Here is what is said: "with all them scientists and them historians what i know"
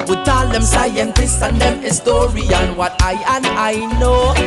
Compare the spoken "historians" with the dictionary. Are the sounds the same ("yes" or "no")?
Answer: no